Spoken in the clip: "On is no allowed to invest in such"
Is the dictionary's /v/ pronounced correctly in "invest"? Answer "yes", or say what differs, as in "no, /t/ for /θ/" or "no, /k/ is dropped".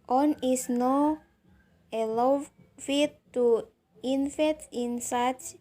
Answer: no, /f/ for /v/